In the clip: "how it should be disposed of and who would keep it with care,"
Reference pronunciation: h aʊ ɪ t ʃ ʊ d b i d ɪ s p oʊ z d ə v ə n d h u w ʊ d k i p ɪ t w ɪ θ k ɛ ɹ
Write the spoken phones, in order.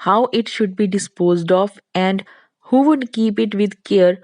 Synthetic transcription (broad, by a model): h aʊ ɪ t ʃ ʊ d b i d ɪ s p oʊ z d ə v ə n d h u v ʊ d k i p ɪ t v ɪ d k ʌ ɹ